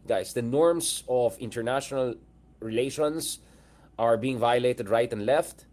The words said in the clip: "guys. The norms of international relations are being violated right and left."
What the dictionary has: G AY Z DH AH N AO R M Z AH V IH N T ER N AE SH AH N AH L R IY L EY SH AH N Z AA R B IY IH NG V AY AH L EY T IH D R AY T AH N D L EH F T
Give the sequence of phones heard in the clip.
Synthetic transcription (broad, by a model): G AY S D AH N AO R M S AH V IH N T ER N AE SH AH N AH L R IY L EY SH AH N S AA R B IY IH NG V AY AH L EY T IH D R AY T AH N D L EH F T